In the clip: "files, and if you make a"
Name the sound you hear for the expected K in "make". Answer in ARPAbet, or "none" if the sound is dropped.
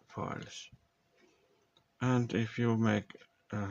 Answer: K